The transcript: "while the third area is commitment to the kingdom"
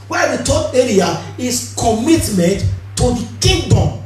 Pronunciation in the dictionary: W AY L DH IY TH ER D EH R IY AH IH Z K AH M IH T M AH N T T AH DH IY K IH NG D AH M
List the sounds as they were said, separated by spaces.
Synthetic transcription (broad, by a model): W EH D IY T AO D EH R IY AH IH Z K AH M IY T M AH N T T AH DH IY K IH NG D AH M